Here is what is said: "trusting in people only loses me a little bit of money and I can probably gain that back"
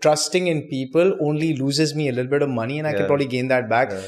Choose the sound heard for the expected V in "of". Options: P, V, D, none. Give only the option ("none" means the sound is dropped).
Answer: V